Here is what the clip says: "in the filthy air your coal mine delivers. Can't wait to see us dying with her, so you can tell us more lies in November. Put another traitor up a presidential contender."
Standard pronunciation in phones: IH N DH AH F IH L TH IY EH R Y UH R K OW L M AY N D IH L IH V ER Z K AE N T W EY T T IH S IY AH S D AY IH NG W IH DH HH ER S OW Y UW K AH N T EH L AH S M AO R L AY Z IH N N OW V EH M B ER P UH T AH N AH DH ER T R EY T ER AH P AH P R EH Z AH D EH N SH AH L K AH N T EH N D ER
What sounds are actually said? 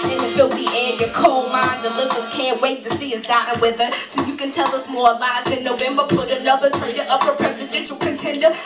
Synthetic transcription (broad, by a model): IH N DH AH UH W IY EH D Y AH R K OW L M AY N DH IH L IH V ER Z K AE N T W EY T T IH S IY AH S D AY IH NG W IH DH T S OW Y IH K AH N T EH L AH S M AO R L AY S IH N N OW V EH M B ER P UH T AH L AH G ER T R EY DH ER AH P AH P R EH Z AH D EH N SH L K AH N T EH N D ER